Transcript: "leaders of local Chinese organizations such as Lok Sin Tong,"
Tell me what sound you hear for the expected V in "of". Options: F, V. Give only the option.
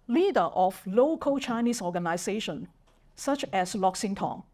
F